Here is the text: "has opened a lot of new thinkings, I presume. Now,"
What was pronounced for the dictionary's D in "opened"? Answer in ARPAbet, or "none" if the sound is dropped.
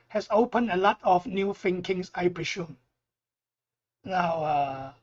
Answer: none